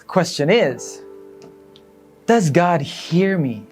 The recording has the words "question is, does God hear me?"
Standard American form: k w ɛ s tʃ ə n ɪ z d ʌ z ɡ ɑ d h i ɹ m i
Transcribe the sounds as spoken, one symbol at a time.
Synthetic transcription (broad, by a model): k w ɛ s tʃ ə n ɪ z d ʌ z ɡ ɑ d h i ɹ m i